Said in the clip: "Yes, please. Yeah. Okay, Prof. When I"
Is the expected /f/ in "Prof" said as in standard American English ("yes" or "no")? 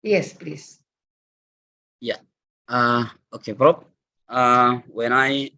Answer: no